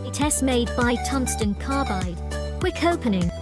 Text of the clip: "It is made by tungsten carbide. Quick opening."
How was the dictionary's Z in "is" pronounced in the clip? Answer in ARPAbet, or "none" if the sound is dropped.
S